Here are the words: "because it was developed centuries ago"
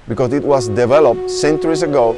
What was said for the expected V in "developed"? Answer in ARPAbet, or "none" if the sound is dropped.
V